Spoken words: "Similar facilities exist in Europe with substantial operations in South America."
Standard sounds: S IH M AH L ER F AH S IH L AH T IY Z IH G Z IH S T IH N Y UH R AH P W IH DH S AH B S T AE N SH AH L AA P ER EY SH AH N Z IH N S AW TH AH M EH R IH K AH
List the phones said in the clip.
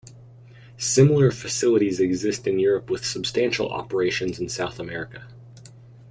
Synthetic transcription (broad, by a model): S IH M L ER F AH S IH L AH T IY Z IH G Z IH S T IH N Y UH R AH P W IH DH S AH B S T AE N SH L AA P ER EY SH AH N Z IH N S AW TH AH M EH R IH K AH